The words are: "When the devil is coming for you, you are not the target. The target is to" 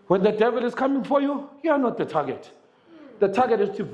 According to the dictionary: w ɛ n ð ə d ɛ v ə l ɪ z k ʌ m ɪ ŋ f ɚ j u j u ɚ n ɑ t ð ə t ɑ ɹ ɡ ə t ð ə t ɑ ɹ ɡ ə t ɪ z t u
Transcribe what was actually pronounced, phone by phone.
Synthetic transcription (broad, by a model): w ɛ n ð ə d ɛ v ə l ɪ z k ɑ m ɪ ŋ f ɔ j u j u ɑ n ɑ t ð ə t ɑ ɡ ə t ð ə t ɑ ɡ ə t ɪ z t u